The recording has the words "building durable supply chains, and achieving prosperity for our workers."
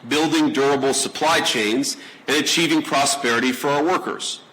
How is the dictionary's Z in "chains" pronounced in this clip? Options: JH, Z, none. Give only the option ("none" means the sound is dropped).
Z